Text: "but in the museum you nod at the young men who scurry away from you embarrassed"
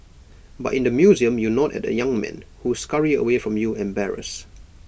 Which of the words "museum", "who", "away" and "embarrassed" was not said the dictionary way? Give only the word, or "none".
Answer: embarrassed